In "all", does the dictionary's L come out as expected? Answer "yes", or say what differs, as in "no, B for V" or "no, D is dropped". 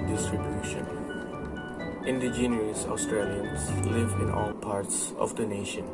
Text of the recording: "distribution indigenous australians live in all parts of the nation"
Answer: yes